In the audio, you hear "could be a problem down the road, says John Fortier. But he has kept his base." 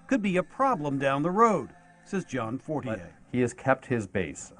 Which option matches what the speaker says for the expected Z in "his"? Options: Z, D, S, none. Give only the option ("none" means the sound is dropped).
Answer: Z